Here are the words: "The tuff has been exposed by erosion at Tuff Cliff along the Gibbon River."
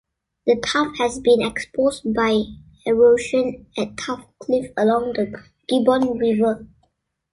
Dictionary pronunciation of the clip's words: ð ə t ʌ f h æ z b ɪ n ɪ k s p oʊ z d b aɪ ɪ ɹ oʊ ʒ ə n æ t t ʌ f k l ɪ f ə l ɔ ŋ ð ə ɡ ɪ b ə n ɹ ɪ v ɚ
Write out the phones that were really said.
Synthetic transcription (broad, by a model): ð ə t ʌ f h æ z b ɪ n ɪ k s p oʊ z b aɪ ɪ ɹ oʊ ʃ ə n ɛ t t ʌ f k l ɪ f ə l ɔ ŋ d ə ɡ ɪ b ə n ɹ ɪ v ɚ